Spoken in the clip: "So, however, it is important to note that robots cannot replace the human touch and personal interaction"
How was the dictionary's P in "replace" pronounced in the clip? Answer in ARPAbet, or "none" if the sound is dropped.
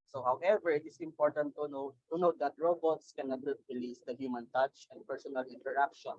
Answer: none